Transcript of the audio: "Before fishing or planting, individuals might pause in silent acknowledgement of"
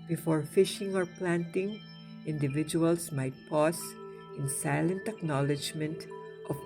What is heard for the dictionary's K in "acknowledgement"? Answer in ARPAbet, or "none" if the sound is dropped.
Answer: K